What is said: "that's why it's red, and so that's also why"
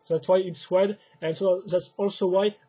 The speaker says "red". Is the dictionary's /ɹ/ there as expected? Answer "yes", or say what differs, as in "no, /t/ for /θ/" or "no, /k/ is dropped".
no, /w/ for /ɹ/